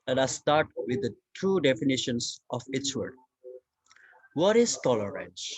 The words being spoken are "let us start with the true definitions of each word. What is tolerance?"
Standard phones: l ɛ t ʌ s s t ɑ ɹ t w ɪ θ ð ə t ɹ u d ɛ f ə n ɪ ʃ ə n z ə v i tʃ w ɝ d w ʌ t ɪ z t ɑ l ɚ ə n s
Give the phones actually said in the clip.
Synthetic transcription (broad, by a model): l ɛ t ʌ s s t ɑ ɹ t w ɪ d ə t ɹ u d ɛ f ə n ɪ ʃ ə n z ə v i s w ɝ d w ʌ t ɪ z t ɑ l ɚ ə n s